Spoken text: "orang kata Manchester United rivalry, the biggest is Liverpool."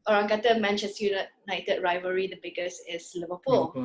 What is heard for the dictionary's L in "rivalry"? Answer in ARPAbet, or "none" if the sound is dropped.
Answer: none